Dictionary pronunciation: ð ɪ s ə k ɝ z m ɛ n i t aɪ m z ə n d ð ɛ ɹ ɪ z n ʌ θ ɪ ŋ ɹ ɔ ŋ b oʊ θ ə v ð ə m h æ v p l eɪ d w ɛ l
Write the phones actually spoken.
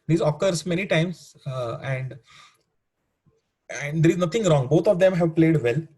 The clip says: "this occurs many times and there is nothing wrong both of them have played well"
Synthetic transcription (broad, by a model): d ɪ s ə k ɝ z m ɛ n i t aɪ m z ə n d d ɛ ɹ ɪ z n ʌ t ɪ ŋ ɹ ɔ ŋ b oʊ t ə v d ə m h æ v p l eɪ d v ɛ l